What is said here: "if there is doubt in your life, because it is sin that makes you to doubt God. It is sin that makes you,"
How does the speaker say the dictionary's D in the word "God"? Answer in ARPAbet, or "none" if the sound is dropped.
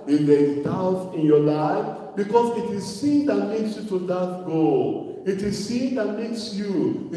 none